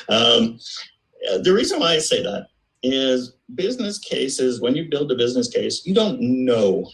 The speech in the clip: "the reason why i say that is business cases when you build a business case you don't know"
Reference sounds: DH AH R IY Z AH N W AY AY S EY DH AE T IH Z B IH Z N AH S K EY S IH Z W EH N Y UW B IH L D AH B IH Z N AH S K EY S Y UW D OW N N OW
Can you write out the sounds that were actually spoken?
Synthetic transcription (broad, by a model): DH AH R IY Z AH N W AY AY S EY DH AE T IH Z B IH Z N AH S K EY S IH Z W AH N Y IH B IH L D AH B IH Z N AH S K EY S Y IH D OW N N OW